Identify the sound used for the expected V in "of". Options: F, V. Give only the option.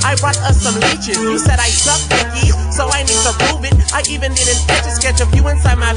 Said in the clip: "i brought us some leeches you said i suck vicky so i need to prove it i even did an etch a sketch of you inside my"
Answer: F